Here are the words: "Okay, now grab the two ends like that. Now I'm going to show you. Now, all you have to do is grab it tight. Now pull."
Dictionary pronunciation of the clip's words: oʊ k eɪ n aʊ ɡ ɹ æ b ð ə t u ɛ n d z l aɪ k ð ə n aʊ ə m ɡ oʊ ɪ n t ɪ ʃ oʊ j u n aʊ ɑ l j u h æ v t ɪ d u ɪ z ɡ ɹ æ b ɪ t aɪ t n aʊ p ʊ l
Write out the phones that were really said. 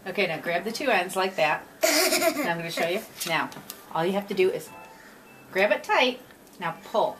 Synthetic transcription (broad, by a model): oʊ k eɪ n aʊ ɡ ɹ æ b ð ə t u ɛ n d z l aɪ k ð ə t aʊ ə m ɡ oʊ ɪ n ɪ ʃ oʊ j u n aʊ ɑ l j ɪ h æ f t ɪ d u ɪ z ɡ ɹ æ b ɪ t aɪ t n aʊ p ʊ l